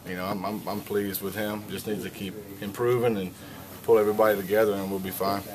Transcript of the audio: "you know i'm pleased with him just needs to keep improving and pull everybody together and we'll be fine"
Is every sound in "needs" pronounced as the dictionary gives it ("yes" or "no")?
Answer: no